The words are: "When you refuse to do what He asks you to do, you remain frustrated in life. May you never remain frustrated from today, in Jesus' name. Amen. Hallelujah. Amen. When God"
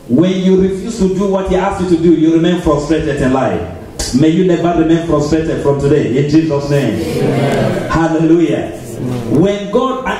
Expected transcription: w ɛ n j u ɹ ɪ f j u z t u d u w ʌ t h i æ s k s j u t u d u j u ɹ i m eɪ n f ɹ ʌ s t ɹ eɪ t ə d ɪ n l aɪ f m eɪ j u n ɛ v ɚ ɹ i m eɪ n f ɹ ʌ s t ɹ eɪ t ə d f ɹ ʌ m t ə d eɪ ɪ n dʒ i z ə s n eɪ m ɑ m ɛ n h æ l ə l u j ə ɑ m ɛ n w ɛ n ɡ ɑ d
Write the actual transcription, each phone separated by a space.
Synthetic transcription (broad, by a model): w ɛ n j u ɹ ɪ f j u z t u d u w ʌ t h i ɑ s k j u t u d u j u ɹ i m eɪ n f ɹ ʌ s t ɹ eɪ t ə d ɪ n l aɪ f m eɪ j u n ɛ v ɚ ɹ i m eɪ n f ɹ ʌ s t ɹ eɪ t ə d f ɹ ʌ m t ə d eɪ ɪ n dʒ i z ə s n eɪ ɑ m h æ l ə l u j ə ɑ w ɛ n ɡ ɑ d